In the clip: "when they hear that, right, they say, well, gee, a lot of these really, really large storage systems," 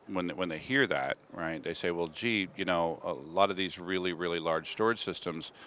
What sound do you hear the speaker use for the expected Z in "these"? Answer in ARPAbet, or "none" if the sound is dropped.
Z